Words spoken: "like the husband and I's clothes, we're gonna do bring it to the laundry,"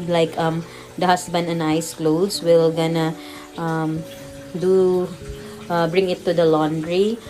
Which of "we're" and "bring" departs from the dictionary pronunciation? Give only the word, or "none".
we're